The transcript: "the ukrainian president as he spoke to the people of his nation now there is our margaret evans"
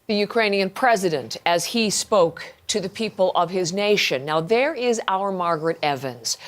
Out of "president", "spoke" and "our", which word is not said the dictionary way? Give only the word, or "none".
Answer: none